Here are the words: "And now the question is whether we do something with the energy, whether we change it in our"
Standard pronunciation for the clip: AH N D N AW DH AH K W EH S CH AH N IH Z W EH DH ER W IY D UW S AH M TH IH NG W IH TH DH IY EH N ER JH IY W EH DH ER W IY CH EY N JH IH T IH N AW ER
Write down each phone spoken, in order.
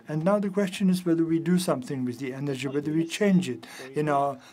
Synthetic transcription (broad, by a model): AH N N AW DH AH K W EH S CH AH N IH Z W EH DH ER W IY D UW S AH M TH IH NG W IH DH IY EH N ER JH IY W EH DH ER W IY CH EY N JH IH T IH N AW ER